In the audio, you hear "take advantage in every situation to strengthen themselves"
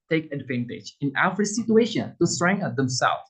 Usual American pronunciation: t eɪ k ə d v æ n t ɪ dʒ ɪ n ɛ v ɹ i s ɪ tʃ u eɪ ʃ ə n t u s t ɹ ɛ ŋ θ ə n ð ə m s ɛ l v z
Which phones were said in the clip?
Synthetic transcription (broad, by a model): t eɪ k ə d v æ n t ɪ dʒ ɪ n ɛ f ɹ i s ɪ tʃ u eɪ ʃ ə n t u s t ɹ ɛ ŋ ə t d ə m s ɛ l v